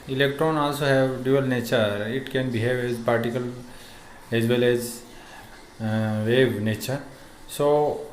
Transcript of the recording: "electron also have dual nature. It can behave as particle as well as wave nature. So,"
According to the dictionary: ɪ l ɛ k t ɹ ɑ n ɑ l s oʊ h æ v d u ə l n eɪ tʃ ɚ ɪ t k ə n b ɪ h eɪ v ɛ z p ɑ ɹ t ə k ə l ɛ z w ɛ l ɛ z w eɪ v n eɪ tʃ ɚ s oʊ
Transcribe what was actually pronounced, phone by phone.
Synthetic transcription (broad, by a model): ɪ l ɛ k t ɹ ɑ n ɑ l s oʊ h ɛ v d u ə l n eɪ tʃ ɚ ɪ t k ə n b ɪ h eɪ v ɛ z p ɑ ɹ t ə k ə l ɛ z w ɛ l ɛ z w eɪ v n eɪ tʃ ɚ s oʊ